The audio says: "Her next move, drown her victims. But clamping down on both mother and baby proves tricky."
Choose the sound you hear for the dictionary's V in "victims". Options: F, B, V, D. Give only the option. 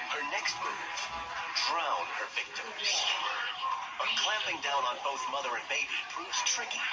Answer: V